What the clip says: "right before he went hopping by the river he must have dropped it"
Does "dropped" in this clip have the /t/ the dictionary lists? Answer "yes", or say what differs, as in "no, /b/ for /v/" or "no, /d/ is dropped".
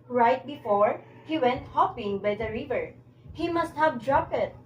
no, /t/ is dropped